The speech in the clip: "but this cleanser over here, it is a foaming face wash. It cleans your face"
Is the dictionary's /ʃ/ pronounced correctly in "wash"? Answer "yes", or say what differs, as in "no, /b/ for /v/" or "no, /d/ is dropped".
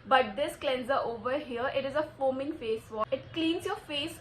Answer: no, /ʃ/ is dropped